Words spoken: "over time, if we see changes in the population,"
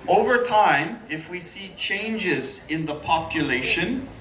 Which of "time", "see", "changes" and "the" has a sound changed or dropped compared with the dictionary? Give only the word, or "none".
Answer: none